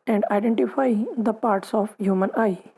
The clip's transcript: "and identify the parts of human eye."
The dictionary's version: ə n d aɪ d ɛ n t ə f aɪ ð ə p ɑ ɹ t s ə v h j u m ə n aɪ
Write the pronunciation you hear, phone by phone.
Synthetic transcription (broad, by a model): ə n d aɪ d ɛ n t ə f aɪ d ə p ɑ ɹ t s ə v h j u m ə n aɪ